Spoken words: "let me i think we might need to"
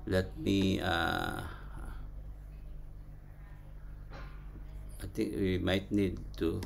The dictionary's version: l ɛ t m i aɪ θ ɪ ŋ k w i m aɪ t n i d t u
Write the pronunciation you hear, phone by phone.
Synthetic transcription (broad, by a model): l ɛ t m i aɪ t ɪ ŋ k w i m aɪ t n i d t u